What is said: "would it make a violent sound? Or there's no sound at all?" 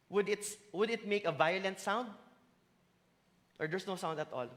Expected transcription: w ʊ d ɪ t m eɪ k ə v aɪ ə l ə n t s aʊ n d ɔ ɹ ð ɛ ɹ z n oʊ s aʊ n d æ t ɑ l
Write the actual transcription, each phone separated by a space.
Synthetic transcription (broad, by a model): w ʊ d ɪ t m eɪ k ə v aɪ ə l ə n t s aʊ n d ɔ ɹ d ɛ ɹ s n oʊ s aʊ n d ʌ t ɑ l